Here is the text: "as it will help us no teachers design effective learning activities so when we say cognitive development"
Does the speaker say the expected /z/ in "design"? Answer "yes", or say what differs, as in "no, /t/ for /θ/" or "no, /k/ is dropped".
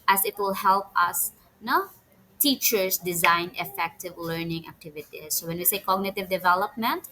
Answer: yes